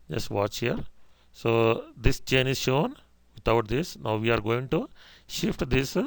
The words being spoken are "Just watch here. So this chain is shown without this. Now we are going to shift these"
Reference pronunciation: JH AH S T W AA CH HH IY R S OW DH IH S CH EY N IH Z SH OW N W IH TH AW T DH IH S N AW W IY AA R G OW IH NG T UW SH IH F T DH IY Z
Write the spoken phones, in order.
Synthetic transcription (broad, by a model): JH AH S T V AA CH HH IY R S OW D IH S CH EY N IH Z SH OW N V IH T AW T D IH S N AW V IY AA R G OW IH NG T UW SH IH F T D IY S